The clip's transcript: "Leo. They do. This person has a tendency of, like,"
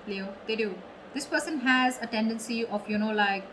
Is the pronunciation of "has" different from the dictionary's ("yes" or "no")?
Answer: no